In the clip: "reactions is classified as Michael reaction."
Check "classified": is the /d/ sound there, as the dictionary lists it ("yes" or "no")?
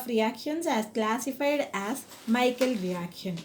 yes